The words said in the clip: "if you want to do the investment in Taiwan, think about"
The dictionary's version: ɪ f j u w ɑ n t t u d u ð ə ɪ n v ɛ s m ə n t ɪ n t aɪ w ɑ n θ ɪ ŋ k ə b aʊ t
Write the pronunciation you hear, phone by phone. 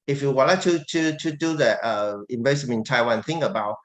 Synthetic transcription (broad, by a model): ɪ f j u w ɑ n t t u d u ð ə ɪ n b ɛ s ə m ɪ n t aɪ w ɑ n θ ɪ ŋ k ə b aʊ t